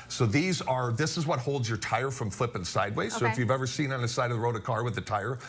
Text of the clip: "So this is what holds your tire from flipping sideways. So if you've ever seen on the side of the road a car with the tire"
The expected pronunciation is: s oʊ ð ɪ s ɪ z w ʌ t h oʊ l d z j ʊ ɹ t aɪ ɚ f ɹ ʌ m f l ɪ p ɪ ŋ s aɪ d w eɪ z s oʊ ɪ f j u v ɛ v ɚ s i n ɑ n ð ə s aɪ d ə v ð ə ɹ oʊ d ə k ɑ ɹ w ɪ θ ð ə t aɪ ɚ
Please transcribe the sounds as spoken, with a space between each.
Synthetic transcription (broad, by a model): s oʊ ð ɪ s ɪ z w ʌ t h oʊ l d z j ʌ ɹ t aɪ ɚ f ɹ ʌ m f l ɪ p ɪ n s aɪ d w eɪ s oʊ ɪ f j u v ɛ v ɚ s i n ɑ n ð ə s aɪ d ə v ð ə ɹ oʊ d ə k ɑ ɹ w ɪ ð ə t aɪ ɚ